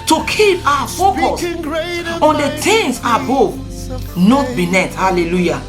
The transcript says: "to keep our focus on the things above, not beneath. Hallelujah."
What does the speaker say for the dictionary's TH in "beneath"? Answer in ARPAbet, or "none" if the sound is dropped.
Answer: T